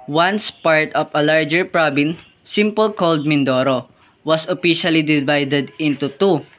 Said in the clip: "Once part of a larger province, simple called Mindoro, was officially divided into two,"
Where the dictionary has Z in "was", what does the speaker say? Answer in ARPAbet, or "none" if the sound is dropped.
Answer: S